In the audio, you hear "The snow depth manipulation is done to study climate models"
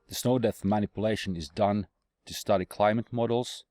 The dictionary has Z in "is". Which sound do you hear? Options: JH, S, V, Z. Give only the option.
Z